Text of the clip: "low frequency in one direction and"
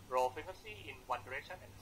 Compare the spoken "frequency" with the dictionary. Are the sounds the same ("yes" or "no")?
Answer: no